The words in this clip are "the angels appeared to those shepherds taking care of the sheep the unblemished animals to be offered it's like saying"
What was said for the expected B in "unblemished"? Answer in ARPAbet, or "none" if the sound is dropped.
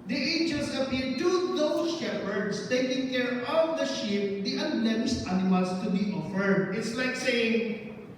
none